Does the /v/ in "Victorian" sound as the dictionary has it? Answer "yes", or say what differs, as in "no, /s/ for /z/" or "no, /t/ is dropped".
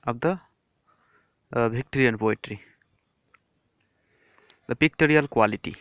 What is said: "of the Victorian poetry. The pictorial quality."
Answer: no, /b/ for /v/